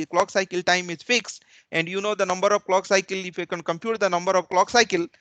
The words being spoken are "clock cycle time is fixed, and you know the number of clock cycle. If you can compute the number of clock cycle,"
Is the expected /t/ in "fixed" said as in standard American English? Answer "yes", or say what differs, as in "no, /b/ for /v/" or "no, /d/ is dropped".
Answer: yes